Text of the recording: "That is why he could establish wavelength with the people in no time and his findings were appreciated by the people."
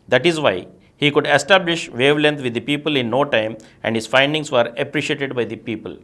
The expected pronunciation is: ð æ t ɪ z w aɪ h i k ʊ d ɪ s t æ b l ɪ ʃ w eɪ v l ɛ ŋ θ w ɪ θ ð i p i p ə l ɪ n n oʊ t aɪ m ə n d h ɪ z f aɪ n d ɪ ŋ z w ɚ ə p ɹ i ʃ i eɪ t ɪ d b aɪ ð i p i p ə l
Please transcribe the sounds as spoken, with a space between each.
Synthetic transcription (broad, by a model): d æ t ɪ z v aɪ h i k ʊ d ɪ s t æ b l ɪ ʃ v eɪ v l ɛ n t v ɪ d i p i p ə l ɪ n n oʊ t aɪ m ə n d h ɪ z f aɪ n d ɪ ŋ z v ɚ ə p ɹ i ʃ i eɪ t ɪ d b aɪ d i p i p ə l